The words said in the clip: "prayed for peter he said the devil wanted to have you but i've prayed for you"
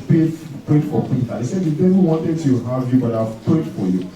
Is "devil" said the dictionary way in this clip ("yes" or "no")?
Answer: no